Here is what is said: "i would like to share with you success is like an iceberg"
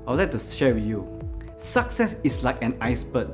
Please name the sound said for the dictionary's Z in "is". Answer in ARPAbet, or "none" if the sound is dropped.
S